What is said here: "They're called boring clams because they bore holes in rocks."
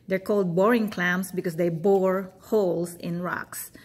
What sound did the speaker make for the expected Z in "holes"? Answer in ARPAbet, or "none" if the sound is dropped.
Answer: S